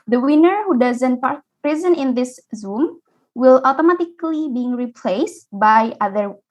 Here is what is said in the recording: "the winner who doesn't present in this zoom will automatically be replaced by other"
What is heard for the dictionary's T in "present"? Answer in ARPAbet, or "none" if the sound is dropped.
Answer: none